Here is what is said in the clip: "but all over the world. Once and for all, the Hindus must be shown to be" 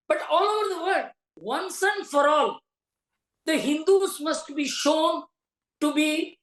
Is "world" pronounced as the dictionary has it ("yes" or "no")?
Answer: no